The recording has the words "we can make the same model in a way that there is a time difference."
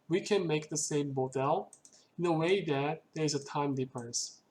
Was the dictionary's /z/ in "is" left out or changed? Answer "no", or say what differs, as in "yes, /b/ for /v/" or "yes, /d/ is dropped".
no